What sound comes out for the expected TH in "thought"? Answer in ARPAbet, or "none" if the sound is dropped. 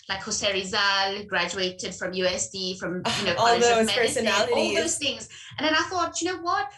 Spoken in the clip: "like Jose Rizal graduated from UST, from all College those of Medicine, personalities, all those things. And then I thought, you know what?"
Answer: TH